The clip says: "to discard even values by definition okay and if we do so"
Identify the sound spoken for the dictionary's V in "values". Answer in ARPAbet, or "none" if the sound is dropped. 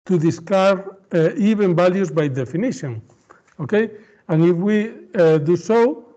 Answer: B